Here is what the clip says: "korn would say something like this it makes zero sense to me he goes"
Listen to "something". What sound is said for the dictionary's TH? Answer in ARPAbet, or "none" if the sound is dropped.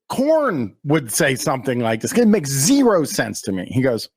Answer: TH